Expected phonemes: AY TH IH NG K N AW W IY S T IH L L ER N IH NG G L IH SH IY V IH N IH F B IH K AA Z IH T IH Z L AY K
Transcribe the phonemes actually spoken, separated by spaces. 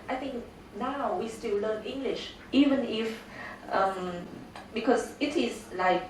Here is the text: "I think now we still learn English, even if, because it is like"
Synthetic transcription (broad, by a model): AY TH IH NG K N AW W IY S T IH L L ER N IH NG G L IH SH IY V IH N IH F B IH K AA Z IH T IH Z L AY K